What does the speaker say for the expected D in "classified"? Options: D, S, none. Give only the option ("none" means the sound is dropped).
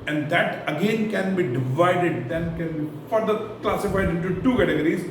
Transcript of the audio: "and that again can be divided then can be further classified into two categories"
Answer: D